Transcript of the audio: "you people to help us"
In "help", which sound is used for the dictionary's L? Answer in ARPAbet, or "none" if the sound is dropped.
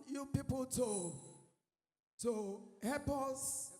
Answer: none